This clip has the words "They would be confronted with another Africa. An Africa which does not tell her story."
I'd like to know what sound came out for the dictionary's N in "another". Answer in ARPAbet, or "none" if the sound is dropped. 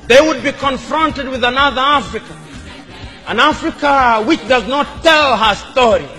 N